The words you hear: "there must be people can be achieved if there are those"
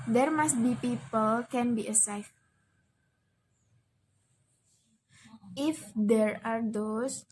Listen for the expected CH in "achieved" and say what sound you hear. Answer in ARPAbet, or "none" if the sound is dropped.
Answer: S